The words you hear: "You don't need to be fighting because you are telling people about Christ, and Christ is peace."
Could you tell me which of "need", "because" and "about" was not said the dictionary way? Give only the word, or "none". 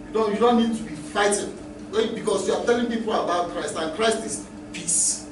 because